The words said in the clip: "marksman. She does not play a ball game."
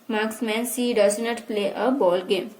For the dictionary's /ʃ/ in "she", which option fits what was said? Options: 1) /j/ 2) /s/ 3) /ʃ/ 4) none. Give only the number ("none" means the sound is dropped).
2